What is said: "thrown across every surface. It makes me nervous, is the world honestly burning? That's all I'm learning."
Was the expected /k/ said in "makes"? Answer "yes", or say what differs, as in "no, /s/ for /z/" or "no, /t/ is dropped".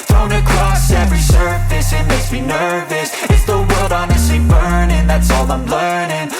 no, /k/ is dropped